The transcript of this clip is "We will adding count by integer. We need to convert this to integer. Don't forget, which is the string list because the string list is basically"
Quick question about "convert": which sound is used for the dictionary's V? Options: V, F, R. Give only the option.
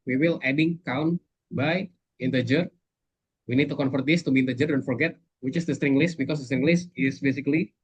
F